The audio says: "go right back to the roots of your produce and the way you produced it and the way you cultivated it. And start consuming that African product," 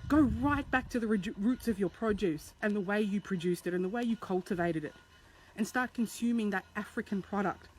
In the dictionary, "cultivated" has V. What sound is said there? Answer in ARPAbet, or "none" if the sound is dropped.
V